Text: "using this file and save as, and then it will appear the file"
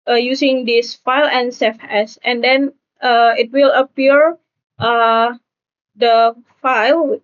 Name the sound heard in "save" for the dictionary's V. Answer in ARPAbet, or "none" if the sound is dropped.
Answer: F